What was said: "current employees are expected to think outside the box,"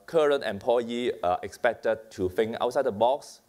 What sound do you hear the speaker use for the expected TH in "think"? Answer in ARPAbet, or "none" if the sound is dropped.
F